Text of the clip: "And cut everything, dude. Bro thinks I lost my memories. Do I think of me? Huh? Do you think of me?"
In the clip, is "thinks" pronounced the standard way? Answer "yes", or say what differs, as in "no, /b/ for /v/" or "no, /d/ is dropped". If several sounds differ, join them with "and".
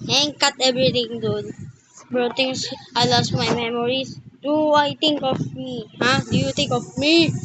no, /t/ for /θ/ and /k/ is dropped